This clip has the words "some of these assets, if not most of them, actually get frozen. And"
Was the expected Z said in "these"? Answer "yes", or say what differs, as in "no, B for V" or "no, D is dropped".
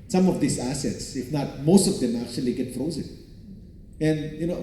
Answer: no, S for Z